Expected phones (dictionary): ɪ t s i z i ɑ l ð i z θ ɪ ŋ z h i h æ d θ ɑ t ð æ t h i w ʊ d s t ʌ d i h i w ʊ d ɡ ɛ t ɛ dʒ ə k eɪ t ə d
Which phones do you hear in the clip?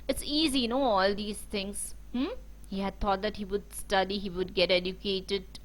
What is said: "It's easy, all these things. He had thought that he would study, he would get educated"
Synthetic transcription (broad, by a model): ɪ t s i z i ɑ l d i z t ɪ ŋ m h i h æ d t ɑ t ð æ t h i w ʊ d s t ʌ d i h i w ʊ d ɡ ɛ t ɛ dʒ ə k eɪ t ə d